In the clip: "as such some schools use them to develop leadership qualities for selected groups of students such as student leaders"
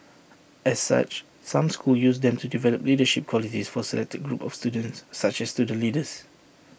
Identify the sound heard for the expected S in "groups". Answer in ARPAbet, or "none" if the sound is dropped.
none